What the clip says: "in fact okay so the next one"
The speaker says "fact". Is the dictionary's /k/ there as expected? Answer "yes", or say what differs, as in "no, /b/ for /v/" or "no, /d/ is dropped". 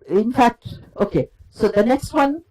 yes